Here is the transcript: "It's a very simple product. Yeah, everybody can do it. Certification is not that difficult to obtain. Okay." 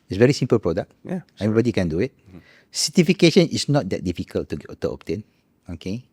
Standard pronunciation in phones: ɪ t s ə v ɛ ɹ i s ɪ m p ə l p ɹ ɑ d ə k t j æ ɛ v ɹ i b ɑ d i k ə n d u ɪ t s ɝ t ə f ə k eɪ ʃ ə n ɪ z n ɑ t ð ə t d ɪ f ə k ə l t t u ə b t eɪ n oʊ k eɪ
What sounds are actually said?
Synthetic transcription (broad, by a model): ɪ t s v ɛ ɹ i s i m p ə l p ɹ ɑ d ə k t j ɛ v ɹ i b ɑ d i k ə n d u ɪ t s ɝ t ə f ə k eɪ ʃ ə n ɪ s n ɑ t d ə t d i f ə k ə l t t u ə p t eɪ n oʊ k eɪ